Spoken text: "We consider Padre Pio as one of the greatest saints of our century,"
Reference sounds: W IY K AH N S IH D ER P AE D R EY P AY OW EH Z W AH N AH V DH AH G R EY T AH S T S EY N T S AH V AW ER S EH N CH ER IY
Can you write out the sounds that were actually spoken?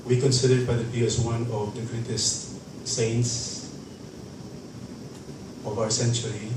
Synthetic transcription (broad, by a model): W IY K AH N S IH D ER B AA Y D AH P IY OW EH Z W AH N AH V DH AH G R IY T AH S T S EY N T S AH V AW ER S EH N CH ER IY